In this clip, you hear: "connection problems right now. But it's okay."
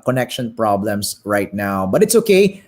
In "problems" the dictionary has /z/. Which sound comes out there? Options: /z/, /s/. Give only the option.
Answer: /s/